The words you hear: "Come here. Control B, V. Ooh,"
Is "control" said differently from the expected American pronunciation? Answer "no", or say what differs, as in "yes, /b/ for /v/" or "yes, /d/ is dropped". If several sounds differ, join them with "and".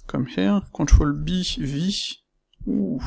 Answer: yes, /n/ is dropped